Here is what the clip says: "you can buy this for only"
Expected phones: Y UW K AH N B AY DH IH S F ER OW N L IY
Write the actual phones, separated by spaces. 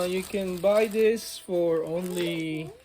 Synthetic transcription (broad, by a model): Y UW K AH N B AY DH IH S F ER OW N L IY